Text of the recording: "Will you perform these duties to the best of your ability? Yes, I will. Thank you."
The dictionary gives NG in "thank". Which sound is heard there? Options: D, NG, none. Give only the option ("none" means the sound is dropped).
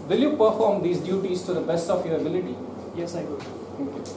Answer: none